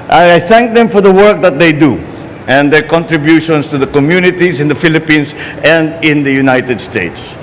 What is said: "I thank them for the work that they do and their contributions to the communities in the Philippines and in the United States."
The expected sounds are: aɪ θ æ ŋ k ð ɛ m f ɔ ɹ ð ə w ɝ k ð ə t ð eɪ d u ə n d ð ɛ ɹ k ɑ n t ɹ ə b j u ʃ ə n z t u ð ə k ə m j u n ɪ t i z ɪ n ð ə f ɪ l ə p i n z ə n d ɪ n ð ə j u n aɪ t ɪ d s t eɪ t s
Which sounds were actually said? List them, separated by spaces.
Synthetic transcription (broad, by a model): aɪ θ æ ŋ k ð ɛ m f ɔ ɹ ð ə w ɝ k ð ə t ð eɪ d u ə n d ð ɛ ɹ k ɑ n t ɹ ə b j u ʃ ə n s t u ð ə k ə m j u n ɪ t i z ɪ n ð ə f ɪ l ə p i n s ə n d ɪ n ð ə j u n aɪ t ɪ d s t eɪ t s